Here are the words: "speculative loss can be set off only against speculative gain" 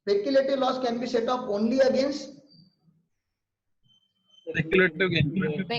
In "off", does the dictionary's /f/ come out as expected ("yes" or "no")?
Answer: no